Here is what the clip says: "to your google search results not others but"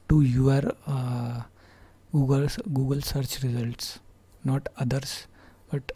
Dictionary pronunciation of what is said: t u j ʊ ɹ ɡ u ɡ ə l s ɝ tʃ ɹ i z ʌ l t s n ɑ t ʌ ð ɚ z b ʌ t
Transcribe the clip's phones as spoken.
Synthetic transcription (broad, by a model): t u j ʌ ɹ ɡ u ɡ ə l s ɝ tʃ ɹ i z ʌ l t s n ɑ t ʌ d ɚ s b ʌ t